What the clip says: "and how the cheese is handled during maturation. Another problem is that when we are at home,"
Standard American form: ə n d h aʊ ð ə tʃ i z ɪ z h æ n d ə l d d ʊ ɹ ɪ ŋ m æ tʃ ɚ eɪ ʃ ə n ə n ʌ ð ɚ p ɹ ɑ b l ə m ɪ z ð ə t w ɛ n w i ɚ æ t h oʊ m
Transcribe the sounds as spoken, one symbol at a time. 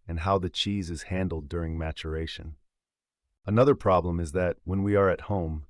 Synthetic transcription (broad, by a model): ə n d h aʊ ð ə tʃ i z ɪ z h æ n d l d d ʊ ɹ ɪ ŋ m æ tʃ ɚ eɪ ʃ ə n ə n ʌ ð ɚ p ɹ ɑ b l ə m ɪ z ð ə t w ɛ n w i ɚ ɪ t h oʊ m